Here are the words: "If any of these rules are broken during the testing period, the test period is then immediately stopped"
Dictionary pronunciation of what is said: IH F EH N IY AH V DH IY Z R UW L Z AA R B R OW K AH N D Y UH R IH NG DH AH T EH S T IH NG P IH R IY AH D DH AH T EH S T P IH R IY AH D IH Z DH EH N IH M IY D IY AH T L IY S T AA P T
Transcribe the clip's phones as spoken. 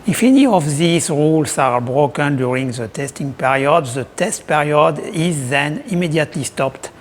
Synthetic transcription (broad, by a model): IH F EH N IY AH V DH IY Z R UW L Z AA R B R OW K AH N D Y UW R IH NG DH AH T EH S T IH NG P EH R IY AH D DH AH T EH S T P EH R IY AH D IH Z DH EH N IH M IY D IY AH T L IY S T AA P T